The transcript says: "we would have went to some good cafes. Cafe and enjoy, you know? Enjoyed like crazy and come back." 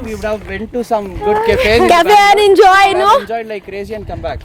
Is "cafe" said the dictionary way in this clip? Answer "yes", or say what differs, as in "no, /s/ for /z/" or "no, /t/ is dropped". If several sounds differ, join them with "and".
no, /f/ is dropped